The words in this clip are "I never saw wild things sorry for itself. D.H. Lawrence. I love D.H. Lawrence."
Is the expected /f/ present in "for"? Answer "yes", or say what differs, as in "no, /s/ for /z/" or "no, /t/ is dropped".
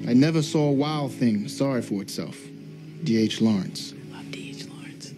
yes